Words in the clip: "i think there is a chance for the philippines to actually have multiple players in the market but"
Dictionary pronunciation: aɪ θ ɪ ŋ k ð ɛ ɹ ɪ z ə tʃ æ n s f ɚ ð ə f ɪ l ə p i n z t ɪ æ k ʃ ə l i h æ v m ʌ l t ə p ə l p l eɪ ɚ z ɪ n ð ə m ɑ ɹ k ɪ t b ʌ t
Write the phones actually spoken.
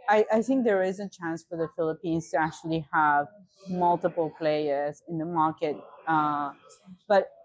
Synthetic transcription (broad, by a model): aɪ θ ɪ ŋ k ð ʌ ɹ ɪ z ə tʃ æ n s f ɚ ð ə f ɪ l ə p i n z t ɪ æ k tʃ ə l i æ v m ʌ l t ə p l p l eɪ ɚ z ɪ n ð ə m ɑ ɹ k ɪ t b ʌ t